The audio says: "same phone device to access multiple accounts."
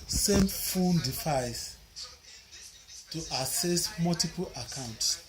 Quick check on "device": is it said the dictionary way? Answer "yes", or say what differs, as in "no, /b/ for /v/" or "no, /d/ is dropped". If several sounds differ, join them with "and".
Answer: no, /f/ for /v/